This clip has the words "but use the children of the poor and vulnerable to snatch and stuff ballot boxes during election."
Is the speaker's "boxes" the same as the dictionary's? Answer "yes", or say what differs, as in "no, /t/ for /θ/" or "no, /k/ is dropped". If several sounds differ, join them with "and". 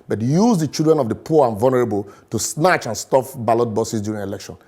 no, /k/ is dropped